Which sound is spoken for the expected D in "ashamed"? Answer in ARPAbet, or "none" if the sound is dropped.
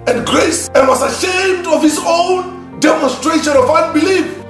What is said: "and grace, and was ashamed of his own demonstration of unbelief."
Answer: D